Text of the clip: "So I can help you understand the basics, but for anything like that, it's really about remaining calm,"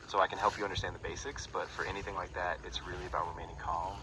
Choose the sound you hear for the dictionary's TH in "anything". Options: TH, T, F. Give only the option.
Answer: TH